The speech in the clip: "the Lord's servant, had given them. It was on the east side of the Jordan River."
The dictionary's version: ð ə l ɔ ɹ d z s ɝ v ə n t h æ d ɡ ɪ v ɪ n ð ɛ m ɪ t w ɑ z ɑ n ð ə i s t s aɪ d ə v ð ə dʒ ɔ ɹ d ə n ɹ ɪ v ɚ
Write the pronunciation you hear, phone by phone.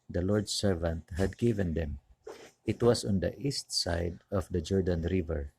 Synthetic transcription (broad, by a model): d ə l ɔ ɹ d s ɝ v ə n t h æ d ɡ ɪ v ɪ n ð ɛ m ɪ t w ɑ s ɑ n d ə i s t s aɪ d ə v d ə dʒ ɔ ɹ d ə n ɹ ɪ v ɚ